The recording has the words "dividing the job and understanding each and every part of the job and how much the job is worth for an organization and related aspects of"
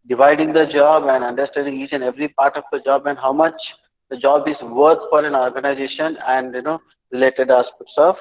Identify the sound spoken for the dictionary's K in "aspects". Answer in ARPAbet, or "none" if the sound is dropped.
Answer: none